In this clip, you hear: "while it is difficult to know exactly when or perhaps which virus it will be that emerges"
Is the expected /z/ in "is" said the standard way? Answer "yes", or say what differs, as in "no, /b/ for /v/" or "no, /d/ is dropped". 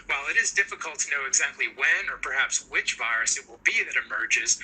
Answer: yes